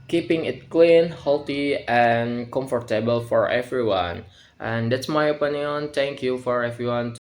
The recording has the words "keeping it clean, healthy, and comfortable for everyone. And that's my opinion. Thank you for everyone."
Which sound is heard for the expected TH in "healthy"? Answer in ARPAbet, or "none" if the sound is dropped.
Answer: T